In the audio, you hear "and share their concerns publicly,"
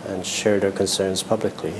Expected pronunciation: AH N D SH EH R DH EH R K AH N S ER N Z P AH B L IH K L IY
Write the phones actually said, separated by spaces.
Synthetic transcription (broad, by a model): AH N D SH EH R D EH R K AH N S ER N Z P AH B L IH K L IY